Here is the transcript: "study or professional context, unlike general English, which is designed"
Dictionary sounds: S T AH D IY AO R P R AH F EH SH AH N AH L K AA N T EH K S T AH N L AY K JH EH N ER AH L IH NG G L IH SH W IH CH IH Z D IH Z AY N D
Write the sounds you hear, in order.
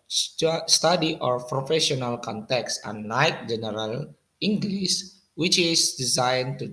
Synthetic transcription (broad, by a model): S T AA D IY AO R P R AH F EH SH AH N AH L K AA N T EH K S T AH N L AY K JH EH N ER AH L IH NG G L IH S W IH CH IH S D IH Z AY N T